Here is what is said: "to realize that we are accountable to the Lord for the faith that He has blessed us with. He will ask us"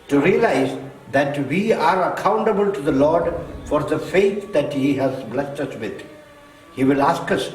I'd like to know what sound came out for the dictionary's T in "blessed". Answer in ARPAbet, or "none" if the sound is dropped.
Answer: T